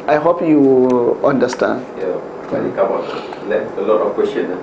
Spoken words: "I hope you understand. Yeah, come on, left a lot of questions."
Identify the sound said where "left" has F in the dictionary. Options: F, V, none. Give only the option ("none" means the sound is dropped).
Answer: none